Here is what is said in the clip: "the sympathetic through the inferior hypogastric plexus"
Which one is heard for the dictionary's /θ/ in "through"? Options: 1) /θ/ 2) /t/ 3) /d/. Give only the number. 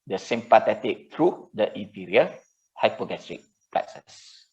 2